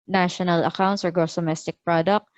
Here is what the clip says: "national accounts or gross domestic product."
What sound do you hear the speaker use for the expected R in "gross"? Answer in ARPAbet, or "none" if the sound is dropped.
none